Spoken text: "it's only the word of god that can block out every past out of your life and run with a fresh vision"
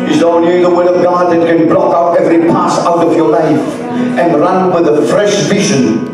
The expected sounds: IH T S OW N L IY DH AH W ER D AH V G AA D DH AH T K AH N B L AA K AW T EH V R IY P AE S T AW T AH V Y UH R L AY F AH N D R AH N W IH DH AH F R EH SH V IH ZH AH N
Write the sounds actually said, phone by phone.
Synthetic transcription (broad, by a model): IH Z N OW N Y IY DH AH W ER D AH V G AA D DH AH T K AH N B L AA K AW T EH V R IY P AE S AW T AH V Y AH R L AY F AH N R AH N W IH DH AH F R EH SH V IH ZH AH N